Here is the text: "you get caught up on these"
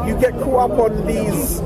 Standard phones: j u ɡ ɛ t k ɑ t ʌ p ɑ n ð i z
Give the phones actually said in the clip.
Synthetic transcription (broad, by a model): j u ɡ ɛ t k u ʌ p ɑ n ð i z